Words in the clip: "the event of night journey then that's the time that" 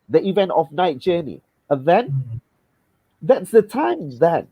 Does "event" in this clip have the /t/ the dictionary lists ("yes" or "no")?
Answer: yes